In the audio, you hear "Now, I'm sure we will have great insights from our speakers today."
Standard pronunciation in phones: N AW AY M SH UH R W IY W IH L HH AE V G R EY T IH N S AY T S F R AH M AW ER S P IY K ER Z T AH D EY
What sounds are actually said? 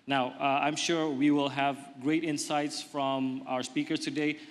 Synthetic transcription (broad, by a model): N AW AY M SH UH R W IY W IH L HH AE V G R EY T IH N S AY T S F R AH M AW ER S P IY K ER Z T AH D EY